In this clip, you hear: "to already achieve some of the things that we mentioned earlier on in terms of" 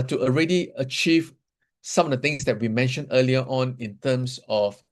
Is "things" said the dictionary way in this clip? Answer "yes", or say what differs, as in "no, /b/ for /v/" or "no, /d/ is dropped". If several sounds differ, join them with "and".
no, /t/ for /θ/